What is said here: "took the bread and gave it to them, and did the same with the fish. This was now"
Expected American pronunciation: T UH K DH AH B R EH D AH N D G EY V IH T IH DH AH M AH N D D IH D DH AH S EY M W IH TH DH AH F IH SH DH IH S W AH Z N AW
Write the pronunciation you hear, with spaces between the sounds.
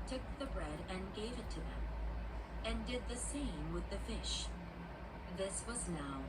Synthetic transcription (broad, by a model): T UH K DH AH B R EH D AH N G EY V IH T IH DH AH M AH N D D IH D DH AH S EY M W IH DH AH F IH SH DH IH S W AH Z N AW